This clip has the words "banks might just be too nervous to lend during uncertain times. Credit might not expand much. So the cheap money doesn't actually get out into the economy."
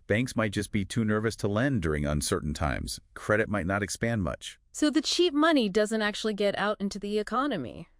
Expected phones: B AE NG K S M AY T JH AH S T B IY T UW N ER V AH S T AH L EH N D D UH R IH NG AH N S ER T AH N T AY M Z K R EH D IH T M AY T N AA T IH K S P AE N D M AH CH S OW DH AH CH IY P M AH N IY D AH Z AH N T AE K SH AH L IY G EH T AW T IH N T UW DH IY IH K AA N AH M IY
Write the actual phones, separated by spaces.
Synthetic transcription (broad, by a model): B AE NG K S M AY T JH AH S T B IY T UW N ER V AH S T AH L EH N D D UH R IH NG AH N S ER T N T AY M Z K R EH D IH T M AY T N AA T IH K S P AE N D M AH CH S OW DH AH CH IY P M AH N IY D AH Z AH N T AE K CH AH L IY G EH T AW T IH N T UW DH IY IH K AA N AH M IY